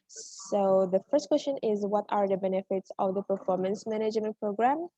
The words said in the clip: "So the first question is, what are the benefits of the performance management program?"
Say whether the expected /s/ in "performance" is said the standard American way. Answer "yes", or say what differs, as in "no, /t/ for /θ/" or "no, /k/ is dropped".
yes